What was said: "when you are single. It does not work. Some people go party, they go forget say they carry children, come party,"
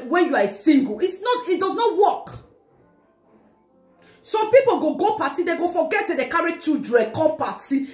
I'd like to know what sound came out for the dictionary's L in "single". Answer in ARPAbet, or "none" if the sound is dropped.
N